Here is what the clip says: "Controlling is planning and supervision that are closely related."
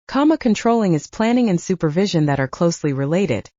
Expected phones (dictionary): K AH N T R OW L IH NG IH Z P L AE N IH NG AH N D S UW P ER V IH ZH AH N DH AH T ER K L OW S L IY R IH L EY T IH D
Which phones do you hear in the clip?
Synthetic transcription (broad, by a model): K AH N T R OW L IH NG IH Z P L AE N IH NG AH N S UW P ER V IH ZH AH N DH AH T ER K L OW S L IY R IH L EY T IH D